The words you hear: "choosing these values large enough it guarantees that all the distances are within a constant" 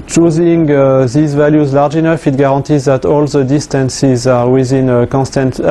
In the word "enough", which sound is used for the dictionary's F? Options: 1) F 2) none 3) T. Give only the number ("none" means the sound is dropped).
1